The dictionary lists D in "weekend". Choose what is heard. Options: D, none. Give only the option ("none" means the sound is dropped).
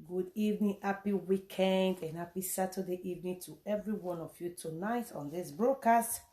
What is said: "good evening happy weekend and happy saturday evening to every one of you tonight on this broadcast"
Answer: D